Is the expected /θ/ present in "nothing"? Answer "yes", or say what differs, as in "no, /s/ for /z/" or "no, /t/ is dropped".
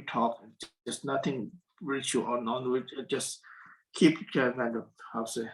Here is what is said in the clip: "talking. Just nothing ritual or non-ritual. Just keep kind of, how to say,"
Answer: no, /t/ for /θ/